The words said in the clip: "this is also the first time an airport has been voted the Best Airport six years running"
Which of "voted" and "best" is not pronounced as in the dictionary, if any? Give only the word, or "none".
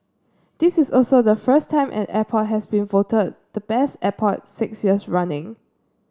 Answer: none